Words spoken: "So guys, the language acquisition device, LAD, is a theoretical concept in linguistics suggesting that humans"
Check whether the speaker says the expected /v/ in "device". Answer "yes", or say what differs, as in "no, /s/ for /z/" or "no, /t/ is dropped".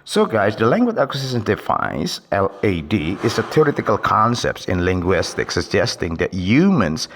no, /f/ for /v/